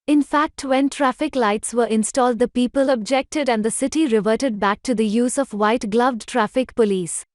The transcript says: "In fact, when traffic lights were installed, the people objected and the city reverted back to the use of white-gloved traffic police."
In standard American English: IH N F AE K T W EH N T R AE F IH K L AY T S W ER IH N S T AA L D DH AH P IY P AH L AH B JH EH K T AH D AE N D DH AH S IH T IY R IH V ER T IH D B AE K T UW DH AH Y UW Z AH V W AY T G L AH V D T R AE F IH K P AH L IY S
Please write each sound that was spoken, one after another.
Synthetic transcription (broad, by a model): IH N F AE K T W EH N T R AE F IH K L AY T S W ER IH N S T AA L D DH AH P IY P AH L AH B JH EH K T AH D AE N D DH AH S IH T IY R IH V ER T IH D B AE K T UW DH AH Y UW Z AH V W AY T G L AH V D T R AE F IH K P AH L IY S